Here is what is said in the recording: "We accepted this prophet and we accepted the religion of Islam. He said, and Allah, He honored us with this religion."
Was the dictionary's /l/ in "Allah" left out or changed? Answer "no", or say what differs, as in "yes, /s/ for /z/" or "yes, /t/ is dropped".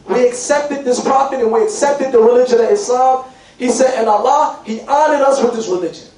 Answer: no